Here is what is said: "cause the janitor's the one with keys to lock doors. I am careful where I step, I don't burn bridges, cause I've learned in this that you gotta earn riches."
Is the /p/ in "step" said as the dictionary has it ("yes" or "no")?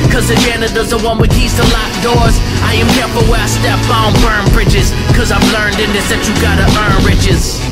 no